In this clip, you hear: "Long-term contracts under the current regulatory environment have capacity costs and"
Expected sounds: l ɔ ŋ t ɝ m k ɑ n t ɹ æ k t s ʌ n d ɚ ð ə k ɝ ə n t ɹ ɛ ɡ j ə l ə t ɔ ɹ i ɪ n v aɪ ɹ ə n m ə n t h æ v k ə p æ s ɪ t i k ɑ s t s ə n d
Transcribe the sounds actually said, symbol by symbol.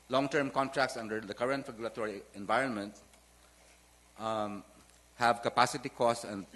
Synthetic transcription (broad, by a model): l ɔ ŋ t ɝ m k ɑ n t ɹ æ k t s ʌ n d ɚ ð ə k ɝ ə n t ɹ ɛ ɡ j ə l ə t ɔ ɹ i ɪ n v aɪ ɹ ə n m ə n t h æ v k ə p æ s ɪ t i k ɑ s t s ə n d